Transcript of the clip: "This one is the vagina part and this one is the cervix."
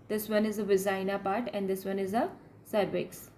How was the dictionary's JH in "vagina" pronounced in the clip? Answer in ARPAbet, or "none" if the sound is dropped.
Z